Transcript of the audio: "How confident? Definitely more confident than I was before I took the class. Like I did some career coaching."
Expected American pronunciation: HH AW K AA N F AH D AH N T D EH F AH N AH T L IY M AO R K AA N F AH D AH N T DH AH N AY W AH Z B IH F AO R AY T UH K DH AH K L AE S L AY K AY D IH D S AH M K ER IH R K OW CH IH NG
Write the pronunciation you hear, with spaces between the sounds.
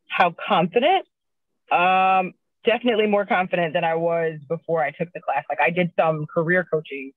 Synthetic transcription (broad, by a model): HH AW K AA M F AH D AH N T D EH F AH N AH T L IY M AO R K AA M F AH D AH N DH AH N AY W AH Z B IH F AO R AY T UH K DH AH K L AE S L AY K AY D IH D S AH M K ER IH R K OW CH IH NG